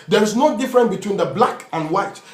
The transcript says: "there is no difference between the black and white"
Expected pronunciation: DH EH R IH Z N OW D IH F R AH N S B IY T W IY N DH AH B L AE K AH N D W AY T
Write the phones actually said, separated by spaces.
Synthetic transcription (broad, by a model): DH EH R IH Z N OW D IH F R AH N B IY T W IY N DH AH B L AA K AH N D W AY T